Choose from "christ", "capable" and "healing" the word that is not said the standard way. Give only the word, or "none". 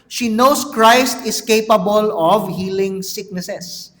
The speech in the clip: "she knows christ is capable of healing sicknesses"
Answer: none